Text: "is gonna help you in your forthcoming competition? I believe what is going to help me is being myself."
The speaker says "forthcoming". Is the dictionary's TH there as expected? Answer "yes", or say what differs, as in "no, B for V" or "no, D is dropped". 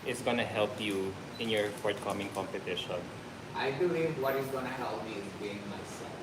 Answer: no, T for TH